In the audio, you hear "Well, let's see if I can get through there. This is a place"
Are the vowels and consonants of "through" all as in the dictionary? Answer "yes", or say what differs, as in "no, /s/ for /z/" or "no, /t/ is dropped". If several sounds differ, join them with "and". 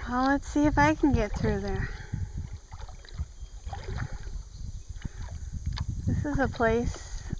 yes